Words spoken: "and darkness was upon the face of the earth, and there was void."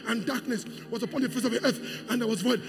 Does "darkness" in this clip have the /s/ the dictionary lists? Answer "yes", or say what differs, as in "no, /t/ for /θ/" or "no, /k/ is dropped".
yes